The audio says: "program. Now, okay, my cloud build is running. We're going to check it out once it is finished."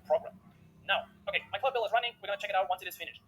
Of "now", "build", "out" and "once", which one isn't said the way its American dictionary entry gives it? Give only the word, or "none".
build